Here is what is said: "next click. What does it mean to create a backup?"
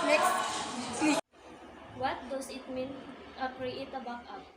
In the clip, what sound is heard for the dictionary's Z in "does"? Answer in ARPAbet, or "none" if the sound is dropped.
S